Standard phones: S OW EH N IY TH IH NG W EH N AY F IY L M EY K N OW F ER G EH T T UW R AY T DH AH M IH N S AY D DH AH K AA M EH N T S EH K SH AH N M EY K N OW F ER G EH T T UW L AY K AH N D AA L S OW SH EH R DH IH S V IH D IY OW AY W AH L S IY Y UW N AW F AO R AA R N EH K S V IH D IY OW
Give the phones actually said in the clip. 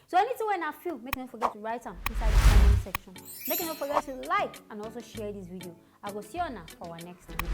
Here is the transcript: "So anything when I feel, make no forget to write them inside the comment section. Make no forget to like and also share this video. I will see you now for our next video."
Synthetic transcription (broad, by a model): S OW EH N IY T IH W EH N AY F IY L M EY K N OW F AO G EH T T UW R AY T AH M IH N S AY D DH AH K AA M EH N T S EH K SH AH N M EY K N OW F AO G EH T T UW L AY K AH N AA L S OW SH EH R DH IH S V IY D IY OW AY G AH S IY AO N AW F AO W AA N EH K S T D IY